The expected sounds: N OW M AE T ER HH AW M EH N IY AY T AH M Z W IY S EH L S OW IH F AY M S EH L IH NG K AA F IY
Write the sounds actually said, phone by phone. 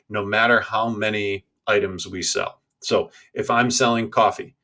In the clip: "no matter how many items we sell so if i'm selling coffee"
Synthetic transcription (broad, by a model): N OW M AE T ER HH AW M EH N IY AY T AH M Z W IY S EH L S OW IH F AY M S EH L IH NG K AA F IY